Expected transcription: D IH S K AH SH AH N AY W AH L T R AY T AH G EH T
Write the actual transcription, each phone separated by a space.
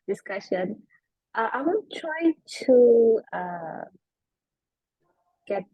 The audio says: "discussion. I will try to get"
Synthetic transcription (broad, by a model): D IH S K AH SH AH N AY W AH N T R AY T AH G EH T